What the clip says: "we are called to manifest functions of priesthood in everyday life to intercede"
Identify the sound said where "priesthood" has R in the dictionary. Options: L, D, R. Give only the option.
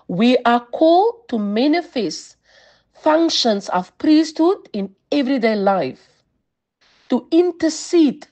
R